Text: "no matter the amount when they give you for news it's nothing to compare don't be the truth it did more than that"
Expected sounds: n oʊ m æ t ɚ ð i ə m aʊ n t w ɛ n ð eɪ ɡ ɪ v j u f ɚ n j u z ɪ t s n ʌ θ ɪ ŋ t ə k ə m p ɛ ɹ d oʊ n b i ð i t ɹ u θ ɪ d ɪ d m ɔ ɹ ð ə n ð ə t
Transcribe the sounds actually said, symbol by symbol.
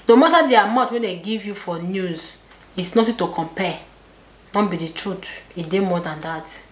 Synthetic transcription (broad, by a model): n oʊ m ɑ t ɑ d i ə m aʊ t w ɛ n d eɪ ɡ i v j u f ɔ n j u z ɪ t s n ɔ t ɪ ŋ t ə k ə m p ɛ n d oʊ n b i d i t ɹ u t ɪ d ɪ m ɔ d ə n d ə t